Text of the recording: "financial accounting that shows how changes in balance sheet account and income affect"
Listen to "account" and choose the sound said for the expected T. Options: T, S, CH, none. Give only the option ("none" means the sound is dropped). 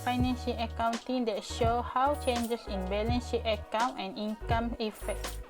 none